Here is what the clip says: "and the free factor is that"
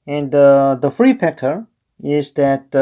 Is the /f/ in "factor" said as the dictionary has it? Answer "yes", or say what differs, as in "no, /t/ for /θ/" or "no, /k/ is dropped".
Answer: no, /p/ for /f/